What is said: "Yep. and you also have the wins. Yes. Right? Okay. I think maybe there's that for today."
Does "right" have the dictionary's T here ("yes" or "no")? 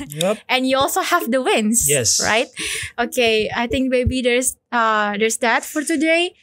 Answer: yes